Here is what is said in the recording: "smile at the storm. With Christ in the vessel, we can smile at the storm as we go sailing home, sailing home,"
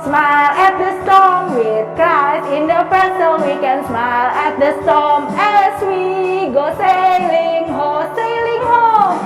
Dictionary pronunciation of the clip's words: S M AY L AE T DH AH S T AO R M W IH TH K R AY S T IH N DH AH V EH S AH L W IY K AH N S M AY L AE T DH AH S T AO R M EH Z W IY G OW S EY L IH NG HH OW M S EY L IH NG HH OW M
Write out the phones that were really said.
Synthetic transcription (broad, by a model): S M AY L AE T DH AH S T AO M W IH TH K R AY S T IH N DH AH P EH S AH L W IY K AH N S M AY L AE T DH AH S T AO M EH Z W IY G OW S EY L IH NG HH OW S EY L IH NG HH OW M